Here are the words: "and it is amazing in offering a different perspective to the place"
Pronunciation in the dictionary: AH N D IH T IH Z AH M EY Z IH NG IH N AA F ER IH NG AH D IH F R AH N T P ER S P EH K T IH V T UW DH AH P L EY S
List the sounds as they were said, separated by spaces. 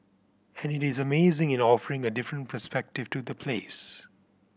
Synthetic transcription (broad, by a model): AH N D IH T IH Z AH M EY Z IH NG IH N AA F ER IH NG AH D IH F R AH N T P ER S P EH K T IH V T UW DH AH P L EY S